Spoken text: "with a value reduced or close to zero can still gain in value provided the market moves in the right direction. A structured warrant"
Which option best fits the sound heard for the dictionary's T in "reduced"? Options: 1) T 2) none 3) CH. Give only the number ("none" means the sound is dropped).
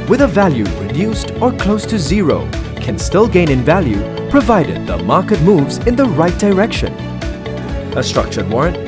1